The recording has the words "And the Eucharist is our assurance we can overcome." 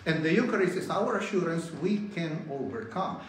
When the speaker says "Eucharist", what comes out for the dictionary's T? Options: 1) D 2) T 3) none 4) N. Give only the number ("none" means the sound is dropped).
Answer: 3